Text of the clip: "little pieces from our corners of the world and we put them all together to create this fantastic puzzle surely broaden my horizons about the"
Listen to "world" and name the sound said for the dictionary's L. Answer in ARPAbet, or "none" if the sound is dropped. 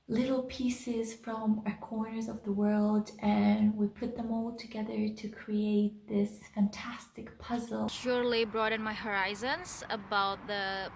L